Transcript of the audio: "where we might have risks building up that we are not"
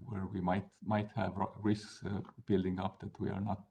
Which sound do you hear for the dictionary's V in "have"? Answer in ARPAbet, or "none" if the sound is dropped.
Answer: V